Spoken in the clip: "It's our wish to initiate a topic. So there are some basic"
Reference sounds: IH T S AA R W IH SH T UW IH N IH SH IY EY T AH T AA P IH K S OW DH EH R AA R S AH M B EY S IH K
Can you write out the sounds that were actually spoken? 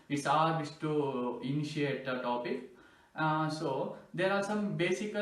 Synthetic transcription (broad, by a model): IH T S AA R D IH S T UW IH N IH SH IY EY T AH T AA P IH K S OW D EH R AA R S AH M B EY S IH K